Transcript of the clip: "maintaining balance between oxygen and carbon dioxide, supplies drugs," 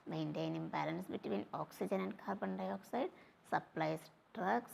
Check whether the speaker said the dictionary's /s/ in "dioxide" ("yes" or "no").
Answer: yes